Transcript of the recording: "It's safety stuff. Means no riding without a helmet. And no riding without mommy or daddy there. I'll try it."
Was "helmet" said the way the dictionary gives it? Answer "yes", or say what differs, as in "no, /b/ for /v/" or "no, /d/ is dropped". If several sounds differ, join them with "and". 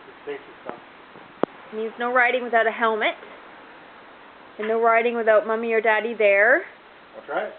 yes